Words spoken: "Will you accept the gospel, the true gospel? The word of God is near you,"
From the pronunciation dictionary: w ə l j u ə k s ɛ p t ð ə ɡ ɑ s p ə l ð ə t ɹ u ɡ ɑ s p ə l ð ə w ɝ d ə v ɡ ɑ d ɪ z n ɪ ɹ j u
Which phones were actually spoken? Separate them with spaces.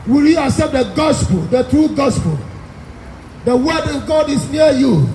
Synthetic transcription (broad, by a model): w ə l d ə s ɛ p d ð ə ɡ ɑ s p ə l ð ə t ɹ u ɡ ɑ s p ə l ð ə w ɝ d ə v ɡ ɑ d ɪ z n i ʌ j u